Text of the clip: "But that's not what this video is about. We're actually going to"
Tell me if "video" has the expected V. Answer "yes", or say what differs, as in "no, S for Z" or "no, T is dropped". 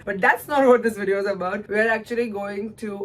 yes